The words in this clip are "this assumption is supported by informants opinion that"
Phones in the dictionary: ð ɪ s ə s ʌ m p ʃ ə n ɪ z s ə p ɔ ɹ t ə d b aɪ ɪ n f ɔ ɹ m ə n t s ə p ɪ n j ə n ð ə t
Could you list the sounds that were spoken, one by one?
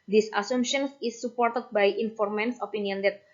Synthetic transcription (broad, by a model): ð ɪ s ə s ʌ m ʃ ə n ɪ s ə p ɔ ɹ t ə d b aɪ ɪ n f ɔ ɹ m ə n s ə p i n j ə n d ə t